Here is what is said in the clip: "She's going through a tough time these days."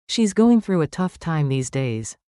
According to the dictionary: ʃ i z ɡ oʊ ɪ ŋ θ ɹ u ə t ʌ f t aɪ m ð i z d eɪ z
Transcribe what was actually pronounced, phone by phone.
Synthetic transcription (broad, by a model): ʃ i z ɡ oʊ ɪ ŋ θ ɹ u ə t ʌ f t aɪ m ð i z d eɪ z